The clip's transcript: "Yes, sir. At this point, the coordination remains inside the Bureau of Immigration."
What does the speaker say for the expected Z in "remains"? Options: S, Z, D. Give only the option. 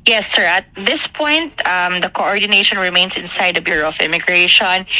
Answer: S